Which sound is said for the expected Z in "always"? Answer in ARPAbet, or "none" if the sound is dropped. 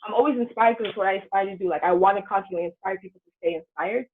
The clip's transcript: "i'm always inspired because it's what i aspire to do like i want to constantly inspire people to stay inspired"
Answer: Z